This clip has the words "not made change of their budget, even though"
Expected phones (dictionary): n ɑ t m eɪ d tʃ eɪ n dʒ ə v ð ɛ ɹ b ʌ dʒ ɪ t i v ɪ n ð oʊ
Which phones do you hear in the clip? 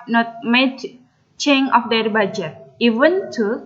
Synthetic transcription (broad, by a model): n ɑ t m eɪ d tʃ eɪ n ə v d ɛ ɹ b ʌ dʒ ɪ t i v ɪ n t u